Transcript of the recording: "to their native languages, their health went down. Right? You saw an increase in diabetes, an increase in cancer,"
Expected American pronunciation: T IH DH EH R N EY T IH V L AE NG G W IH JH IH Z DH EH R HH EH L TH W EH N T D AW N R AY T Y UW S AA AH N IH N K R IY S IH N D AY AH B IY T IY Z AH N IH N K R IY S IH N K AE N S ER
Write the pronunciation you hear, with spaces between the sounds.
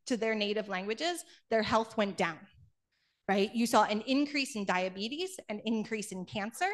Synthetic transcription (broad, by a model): T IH DH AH R N EY T IH V L AE NG G W IH JH IH Z DH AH R HH EH L TH W EH N D AW N R AY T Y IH S AA AH N IH N K R IY S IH N D AY AH B IY T IY Z AH N IH N K R IY S IH N K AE N S ER